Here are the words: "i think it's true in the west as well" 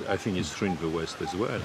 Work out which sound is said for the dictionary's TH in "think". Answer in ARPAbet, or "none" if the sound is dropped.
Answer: TH